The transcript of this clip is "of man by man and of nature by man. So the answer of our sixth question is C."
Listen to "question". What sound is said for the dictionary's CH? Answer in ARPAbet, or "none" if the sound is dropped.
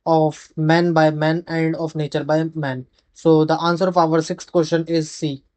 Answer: SH